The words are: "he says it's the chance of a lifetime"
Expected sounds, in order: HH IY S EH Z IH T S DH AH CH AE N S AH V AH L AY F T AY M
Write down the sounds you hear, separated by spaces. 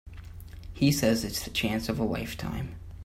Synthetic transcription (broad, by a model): HH IY S EH Z IH T S DH AH CH AE N S AH V AH W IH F T AY M